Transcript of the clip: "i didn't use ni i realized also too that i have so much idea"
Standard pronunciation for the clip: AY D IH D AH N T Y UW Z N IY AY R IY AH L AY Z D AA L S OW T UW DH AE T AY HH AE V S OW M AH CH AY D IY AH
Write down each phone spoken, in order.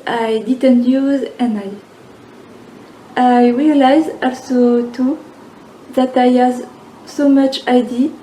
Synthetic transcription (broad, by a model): AY D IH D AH N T Y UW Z N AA AY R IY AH L AY Z AA L S OW T UW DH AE T AY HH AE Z S OW M AH CH AY D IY